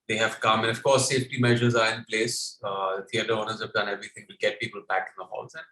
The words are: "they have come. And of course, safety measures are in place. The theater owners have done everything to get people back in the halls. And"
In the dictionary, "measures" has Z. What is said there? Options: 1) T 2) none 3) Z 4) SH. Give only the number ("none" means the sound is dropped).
3